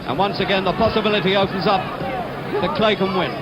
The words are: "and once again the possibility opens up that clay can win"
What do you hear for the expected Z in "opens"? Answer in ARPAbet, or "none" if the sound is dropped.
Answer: Z